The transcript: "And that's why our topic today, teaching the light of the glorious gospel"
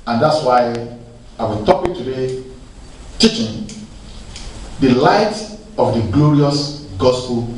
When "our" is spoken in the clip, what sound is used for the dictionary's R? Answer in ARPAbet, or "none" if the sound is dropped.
W